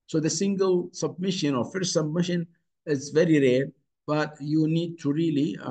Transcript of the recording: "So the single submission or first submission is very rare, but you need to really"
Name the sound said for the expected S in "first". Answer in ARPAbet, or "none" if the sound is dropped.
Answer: none